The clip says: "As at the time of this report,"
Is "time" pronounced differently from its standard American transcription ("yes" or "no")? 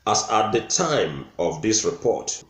no